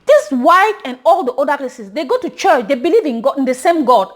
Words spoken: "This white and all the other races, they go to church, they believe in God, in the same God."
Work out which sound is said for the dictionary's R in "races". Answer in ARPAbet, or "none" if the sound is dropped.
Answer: L